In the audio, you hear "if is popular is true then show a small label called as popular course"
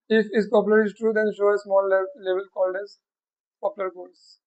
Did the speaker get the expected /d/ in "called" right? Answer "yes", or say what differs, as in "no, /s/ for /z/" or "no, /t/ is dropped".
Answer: yes